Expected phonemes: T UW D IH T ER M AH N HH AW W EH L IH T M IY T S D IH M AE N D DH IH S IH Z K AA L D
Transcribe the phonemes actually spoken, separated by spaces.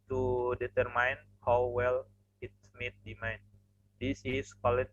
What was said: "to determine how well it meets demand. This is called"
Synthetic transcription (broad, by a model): T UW D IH T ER M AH N HH AW W EH L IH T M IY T D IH M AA N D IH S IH S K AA L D